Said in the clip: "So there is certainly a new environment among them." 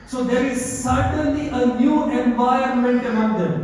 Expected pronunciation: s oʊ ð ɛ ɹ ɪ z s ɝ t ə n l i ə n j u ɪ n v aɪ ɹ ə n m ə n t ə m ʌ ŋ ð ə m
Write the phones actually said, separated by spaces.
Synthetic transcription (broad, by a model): s oʊ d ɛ ɹ ɪ z s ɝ t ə n l i ə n j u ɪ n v aɪ ə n m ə n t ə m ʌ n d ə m